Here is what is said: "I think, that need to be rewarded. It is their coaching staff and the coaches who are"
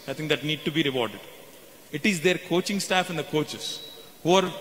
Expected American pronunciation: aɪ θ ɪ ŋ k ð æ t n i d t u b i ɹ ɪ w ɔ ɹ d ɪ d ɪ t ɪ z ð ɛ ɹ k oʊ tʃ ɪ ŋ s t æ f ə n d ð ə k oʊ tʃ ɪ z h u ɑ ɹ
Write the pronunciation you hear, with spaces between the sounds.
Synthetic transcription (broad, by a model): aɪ t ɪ ŋ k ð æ t n i d t u b i ɹ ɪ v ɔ ɹ d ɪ d ɪ t ɪ z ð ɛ ɹ k oʊ tʃ ɪ ŋ s t æ f ə n d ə k oʊ tʃ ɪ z h u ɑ ɹ